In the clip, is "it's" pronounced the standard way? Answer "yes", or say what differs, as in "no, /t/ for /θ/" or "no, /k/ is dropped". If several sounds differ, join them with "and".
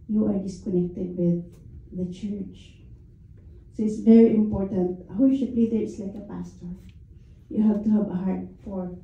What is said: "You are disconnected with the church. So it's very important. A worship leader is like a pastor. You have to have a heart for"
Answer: yes